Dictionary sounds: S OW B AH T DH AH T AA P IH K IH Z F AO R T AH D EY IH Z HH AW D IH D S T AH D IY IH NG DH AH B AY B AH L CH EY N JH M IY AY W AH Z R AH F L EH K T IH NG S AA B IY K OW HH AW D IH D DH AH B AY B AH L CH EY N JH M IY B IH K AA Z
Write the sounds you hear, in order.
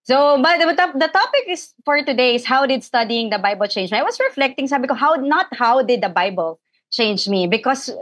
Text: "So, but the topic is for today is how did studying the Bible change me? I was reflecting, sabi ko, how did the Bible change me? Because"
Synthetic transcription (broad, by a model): S OW B AH T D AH T AA P IH K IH S F AO R T AH D EY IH S HH AW D IH D S T AH D IY IH NG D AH B AY B AH L CH EY N JH M IY AY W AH S R AH F L EH K T IH NG S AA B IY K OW HH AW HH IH D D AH B AY B AH L CH EY N JH M IY B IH K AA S